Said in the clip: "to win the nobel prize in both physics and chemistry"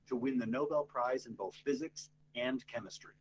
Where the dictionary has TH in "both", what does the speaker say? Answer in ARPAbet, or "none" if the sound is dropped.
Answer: TH